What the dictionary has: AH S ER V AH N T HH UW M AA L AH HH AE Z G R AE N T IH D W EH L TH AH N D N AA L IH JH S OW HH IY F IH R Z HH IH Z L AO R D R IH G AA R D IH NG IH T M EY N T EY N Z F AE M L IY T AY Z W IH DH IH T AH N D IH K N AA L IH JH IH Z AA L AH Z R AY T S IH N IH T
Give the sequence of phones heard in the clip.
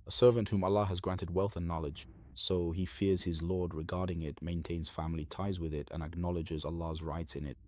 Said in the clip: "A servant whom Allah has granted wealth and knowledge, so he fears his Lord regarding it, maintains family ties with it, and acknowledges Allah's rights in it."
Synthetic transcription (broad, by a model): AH S ER V AH N T HH UW M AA L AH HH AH Z G R AE N T IH D W EH L TH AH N N AA L IH JH S OW IY F IH R Z HH IH Z L AO R D R IH G AA R D IH NG IH T M EY N T EY N Z F AE M L IY T AY Z W IH DH IH T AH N IH K N AA L IH JH IH Z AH L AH Z R AY T S IH N IH T